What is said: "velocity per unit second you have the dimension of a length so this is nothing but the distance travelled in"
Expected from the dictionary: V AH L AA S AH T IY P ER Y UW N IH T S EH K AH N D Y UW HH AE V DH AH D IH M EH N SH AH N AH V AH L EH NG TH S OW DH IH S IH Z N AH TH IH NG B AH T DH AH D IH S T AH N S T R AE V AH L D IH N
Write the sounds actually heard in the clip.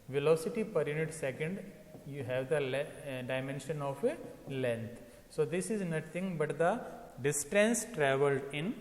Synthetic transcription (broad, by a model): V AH L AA S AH T IY P ER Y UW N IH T S EH K AH N D Y UW HH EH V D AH D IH M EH N SH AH N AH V AH L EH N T S OW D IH S IH Z N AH T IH NG B AH T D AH D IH S T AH N S T R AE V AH L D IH N